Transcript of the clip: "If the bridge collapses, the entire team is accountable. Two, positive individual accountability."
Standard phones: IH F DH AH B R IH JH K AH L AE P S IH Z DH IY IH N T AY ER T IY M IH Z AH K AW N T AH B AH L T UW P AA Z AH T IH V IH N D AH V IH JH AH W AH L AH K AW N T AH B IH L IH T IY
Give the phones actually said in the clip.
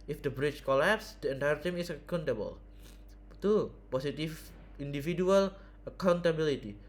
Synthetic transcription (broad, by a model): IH F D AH B R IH CH K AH L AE P S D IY IH N T AY ER T IY M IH S AH K AW N T AH B AH L T UW P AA S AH T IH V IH N D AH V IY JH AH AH L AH K AW N T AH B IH L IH T IY